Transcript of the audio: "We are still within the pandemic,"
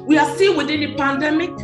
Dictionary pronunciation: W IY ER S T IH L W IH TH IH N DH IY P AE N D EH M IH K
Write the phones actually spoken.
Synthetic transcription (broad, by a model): W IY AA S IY N W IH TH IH N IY P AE N D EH M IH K